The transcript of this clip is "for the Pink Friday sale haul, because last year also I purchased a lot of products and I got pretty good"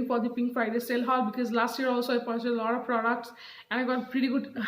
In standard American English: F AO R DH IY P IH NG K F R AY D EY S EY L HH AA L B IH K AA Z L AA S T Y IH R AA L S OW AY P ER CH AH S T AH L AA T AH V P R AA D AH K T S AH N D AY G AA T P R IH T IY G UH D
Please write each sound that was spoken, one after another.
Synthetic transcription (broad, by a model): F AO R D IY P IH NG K F R AY D EY S EY L HH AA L B IH K AA Z L AA S T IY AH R AA L S OW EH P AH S AH L AA T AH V P R AA D AH K T S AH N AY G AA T P R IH T IY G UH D